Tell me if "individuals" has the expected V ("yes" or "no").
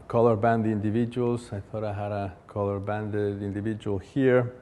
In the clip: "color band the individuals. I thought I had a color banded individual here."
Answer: yes